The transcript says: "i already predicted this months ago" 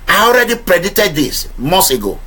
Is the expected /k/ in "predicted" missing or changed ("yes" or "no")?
yes